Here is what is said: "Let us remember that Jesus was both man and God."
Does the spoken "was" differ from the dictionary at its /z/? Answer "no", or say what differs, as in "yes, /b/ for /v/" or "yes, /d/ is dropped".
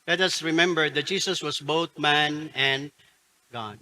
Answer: yes, /s/ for /z/